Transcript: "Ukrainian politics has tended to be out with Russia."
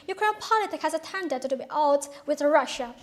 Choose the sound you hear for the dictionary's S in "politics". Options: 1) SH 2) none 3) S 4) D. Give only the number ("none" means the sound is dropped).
2